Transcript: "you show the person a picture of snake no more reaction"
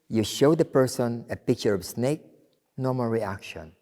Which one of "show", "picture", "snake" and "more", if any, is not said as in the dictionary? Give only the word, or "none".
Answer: more